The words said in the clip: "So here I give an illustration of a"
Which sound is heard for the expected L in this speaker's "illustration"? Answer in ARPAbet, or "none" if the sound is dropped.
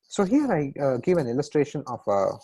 L